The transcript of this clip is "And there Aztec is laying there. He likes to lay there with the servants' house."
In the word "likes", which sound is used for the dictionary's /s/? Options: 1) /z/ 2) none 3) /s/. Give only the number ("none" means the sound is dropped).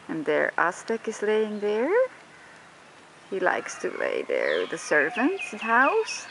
3